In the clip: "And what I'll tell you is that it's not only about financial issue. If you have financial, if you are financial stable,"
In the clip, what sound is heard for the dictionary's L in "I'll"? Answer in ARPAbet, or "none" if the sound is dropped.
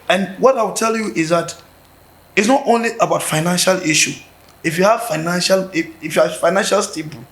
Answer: W